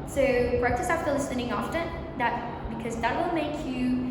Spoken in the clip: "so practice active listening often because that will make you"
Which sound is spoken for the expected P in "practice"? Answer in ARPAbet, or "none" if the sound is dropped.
B